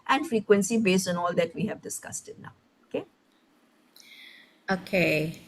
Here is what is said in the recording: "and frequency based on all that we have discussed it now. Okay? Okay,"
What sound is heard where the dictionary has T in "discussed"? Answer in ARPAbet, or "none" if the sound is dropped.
T